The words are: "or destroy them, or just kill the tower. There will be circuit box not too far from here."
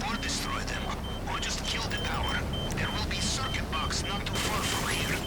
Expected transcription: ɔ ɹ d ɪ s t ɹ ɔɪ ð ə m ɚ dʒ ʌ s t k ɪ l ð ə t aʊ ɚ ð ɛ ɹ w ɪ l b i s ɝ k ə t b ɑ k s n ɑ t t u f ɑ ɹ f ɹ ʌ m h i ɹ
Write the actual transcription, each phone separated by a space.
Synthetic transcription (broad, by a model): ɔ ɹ d ɪ s t ɹ ɔɪ ð ə m ɚ dʒ ʌ s t k ɪ l ð ə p aʊ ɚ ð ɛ ɹ w ɪ l b i s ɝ k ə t b ɑ k s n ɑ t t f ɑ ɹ f ɹ ʌ m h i ɹ